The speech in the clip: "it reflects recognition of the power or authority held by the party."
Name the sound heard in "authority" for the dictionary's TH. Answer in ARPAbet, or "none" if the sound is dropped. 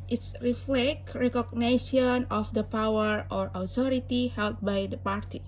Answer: T